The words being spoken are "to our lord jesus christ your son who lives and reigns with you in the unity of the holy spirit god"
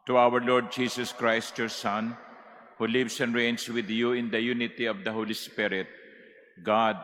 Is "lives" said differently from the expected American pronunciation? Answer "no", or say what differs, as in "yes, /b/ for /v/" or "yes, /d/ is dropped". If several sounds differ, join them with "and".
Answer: yes, /s/ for /z/